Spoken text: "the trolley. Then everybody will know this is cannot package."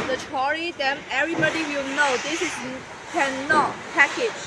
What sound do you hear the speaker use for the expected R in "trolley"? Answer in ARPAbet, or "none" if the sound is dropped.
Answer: none